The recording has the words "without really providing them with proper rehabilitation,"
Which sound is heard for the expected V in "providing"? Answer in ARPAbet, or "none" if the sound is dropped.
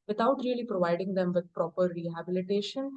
V